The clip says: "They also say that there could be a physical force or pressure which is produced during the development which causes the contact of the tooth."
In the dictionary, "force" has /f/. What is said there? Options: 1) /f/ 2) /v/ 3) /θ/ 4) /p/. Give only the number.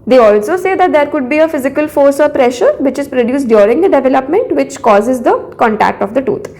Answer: 1